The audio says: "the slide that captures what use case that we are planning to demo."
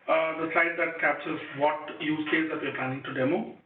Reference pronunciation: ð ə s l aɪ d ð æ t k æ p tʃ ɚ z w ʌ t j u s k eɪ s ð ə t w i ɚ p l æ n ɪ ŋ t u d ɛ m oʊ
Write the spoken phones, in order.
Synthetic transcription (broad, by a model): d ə s l aɪ d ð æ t k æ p s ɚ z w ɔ t j u s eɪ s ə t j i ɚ p l æ n ɪ ŋ t u d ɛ m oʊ